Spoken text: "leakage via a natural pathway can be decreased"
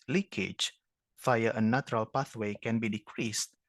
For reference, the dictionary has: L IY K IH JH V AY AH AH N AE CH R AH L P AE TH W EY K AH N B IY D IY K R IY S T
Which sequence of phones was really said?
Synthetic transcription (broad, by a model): L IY K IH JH F AY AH AH N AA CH R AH L P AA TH W EY K AH N B IY D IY K R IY S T